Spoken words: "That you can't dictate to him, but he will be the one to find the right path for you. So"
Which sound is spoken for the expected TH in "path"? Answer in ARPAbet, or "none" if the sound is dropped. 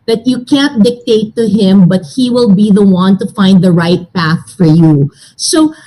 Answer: TH